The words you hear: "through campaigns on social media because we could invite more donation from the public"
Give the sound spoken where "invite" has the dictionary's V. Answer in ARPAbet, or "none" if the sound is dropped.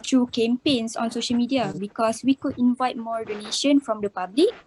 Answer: V